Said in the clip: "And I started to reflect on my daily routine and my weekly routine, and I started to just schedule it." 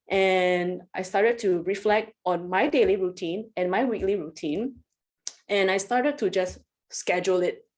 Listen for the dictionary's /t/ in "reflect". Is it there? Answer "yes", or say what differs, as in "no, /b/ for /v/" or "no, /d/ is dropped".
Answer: yes